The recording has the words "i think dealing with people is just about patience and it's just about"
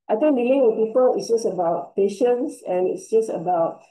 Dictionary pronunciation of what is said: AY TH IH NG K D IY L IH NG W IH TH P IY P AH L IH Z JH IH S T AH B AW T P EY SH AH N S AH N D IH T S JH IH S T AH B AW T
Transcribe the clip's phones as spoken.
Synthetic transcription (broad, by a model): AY T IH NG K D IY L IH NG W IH P IY P AH L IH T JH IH S AH B AW T P EY SH AH N S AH N IH T S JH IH S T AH B AW T